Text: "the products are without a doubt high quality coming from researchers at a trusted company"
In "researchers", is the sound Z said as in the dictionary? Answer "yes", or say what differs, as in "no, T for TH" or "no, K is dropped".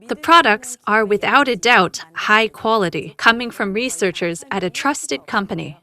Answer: yes